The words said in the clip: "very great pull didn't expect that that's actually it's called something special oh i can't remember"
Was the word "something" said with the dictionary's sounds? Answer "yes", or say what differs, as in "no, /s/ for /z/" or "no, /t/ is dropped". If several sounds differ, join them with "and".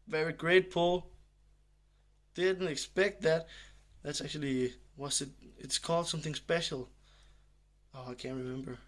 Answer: yes